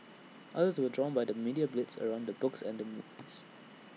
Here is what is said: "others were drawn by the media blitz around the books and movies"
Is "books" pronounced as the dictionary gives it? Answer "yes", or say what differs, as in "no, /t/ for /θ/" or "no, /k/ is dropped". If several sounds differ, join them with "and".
yes